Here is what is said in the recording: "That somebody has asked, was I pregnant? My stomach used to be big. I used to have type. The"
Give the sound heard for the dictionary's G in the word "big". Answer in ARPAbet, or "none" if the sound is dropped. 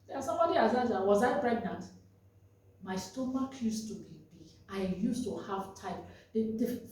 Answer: none